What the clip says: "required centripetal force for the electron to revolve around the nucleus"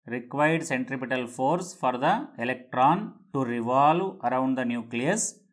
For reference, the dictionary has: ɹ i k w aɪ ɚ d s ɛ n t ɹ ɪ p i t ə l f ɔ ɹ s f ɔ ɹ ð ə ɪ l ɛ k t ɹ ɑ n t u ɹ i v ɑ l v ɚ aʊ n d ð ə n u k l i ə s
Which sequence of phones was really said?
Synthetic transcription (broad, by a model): ɹ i k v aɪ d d s ɛ n t ɹ ɪ p i t ə l f ɔ ɹ s f ɔ ɹ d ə ɪ l ɛ k t ɹ ɑ n t u ɹ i v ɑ l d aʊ n d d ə n u k l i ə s